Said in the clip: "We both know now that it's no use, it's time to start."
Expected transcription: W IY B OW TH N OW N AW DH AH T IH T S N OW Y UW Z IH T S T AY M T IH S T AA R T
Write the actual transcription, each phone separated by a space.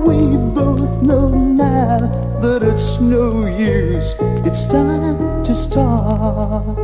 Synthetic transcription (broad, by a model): W IY B OW TH N OW N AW DH AH T IH T S N OW Y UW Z IH T S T AY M T IH S T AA R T